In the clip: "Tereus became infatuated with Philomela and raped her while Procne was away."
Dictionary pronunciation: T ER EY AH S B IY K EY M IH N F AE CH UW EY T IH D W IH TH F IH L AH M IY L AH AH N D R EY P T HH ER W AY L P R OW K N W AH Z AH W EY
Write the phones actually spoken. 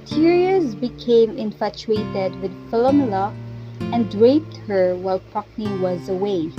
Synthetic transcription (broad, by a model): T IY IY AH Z B IY K EY M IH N F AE CH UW EY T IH D W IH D F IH L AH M L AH AH N D R EY P T HH ER W AY L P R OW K N W AH Z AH W EY